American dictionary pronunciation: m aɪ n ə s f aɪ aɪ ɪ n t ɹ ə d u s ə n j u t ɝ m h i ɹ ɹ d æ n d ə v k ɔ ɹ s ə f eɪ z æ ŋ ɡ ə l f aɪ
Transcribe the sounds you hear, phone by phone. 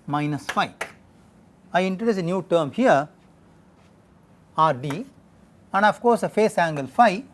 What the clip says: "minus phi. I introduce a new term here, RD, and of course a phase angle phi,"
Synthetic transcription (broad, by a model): m aɪ n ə s f aɪ aɪ ɪ n t ɹ ə d u s ə n j u t ɝ m h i ɹ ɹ d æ n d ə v k ɔ ɹ s ə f eɪ s æ ŋ ɡ ə l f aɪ